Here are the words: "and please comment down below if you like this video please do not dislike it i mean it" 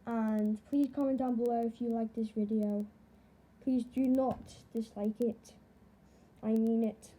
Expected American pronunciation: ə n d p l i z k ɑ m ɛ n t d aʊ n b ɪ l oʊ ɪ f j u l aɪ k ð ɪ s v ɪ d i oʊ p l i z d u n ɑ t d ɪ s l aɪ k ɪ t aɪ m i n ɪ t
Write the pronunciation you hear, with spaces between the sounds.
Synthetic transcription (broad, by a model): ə n p l i z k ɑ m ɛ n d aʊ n b ɪ l oʊ ɪ f j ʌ l aɪ k ð ɪ s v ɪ d i oʊ p l i z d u n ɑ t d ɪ s l aɪ k ɪ t aɪ m i n ɪ t